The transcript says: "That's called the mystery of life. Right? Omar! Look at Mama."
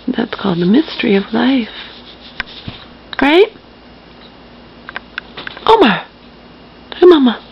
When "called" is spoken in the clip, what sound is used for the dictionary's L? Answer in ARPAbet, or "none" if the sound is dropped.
L